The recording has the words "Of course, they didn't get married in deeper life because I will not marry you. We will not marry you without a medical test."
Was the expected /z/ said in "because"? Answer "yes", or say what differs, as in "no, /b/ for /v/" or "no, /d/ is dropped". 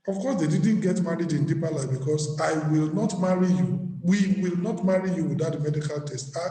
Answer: no, /s/ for /z/